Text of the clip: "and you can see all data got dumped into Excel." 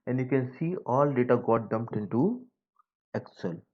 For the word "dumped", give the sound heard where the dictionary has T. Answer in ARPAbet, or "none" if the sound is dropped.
T